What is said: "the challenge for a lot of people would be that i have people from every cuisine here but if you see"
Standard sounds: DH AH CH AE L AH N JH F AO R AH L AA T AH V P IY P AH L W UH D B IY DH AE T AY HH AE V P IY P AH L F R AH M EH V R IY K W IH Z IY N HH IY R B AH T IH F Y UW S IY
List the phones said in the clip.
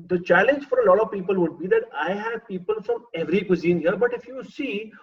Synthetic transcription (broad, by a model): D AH CH AE L AH N JH F AO R AH L AA T AH V P IY P AH L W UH D B IY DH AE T AY HH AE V P IY P AH L F R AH M EH V R IY K W IH Z IY N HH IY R B AH T IH F Y UW S IY